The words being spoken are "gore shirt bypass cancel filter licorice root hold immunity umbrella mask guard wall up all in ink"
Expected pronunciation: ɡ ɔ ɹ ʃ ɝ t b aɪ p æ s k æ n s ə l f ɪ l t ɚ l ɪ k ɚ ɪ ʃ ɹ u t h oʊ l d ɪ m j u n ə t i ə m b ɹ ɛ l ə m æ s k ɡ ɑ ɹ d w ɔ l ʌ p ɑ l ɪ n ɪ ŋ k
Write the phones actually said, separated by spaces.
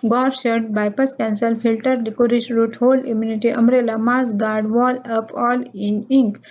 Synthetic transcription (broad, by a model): ɡ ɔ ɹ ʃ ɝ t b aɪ p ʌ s k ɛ n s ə l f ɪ l t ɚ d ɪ k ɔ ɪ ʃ ɹ u t h oʊ l ɪ m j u n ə t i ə m ɹ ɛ l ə m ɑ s ɡ ɑ ɹ d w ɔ l ʌ p ɑ l ɪ n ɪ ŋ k